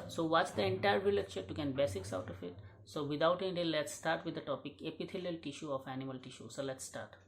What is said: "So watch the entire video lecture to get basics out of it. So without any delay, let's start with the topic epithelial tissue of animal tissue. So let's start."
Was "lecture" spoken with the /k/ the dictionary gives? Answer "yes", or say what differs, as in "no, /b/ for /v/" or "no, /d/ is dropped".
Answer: no, /k/ is dropped